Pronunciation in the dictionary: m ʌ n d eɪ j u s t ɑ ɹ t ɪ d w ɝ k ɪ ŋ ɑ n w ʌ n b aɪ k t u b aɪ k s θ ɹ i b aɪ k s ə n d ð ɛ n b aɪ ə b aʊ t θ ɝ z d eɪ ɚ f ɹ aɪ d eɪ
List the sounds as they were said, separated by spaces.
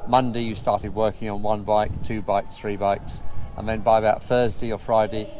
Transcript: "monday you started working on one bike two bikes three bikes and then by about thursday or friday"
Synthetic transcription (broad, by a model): m ʌ n d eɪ j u s t ɑ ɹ t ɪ d w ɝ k ɪ ŋ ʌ n w ʌ n b aɪ k t u b aɪ k s θ ɹ i b aɪ k s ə n ð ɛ n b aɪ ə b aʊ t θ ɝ z d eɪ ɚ f ɹ aɪ d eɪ